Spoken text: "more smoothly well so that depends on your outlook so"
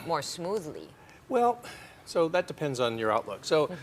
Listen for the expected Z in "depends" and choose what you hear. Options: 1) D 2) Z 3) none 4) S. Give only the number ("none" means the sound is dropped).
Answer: 2